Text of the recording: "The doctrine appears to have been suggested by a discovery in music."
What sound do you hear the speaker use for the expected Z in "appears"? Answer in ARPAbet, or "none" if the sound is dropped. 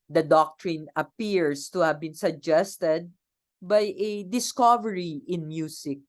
S